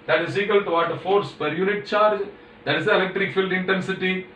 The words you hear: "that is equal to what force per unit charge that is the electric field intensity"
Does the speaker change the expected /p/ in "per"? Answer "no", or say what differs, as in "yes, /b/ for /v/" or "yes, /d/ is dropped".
no